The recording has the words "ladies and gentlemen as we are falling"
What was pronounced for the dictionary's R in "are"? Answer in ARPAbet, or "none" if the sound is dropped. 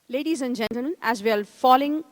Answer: L